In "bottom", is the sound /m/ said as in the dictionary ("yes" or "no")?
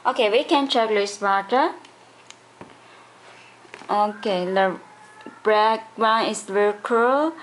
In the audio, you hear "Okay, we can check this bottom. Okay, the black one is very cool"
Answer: no